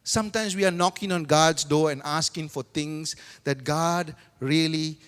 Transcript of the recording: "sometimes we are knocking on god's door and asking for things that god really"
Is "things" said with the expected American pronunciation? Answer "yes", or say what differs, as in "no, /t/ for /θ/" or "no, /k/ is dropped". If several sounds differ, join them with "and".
no, /t/ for /θ/